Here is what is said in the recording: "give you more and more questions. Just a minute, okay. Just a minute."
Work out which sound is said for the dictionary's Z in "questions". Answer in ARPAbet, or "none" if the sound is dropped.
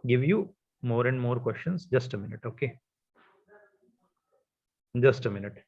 S